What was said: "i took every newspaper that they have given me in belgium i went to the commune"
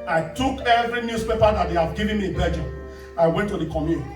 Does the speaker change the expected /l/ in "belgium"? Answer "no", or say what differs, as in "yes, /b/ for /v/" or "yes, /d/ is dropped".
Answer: yes, /l/ is dropped